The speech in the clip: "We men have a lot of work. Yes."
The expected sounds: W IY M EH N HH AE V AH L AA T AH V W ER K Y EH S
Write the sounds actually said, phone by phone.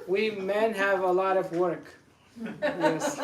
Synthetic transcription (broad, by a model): W IY M EH N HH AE V AH L AA T AH V W ER K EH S